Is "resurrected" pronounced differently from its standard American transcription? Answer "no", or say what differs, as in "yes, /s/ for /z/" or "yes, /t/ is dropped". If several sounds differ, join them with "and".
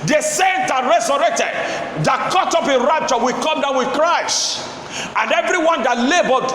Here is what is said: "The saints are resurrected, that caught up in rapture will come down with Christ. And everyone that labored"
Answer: yes, /s/ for /z/